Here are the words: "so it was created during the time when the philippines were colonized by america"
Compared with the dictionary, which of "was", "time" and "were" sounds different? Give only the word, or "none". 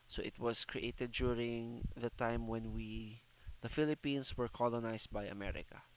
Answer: was